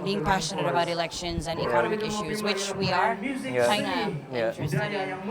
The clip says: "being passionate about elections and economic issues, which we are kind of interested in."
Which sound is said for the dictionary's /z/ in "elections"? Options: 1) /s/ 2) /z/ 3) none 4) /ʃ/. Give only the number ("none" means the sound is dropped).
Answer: 2